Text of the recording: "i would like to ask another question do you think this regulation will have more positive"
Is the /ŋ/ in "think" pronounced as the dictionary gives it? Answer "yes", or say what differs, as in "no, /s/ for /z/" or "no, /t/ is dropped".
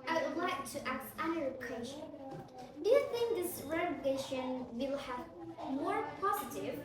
yes